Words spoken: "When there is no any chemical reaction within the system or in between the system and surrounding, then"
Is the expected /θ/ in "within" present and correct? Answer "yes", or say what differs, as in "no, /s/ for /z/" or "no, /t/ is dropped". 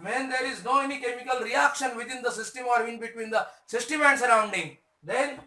no, /t/ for /θ/